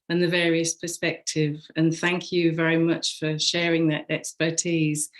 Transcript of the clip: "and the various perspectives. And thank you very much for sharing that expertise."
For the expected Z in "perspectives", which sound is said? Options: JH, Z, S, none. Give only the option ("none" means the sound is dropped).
none